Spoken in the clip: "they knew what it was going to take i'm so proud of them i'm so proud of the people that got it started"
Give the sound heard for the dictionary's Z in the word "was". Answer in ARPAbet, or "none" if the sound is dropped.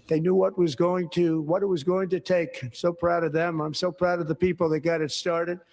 Z